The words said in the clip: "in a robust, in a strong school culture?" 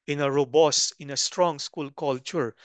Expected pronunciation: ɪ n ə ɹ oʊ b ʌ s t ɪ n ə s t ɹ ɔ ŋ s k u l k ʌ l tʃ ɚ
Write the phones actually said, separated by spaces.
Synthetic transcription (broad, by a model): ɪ n ə ɹ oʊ b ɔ s ɪ n ə s t ɹ ɔ ŋ s k u l k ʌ l tʃ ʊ